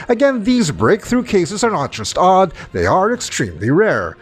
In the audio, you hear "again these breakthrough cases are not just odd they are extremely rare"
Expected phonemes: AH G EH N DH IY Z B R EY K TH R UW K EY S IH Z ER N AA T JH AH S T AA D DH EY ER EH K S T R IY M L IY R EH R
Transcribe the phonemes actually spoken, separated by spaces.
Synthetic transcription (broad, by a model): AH G EH N DH IY Z B R EY K TH R UW K EY S IH Z ER N AA T JH AH S T AA D DH EY ER EH K S T R IY M L IY R EH R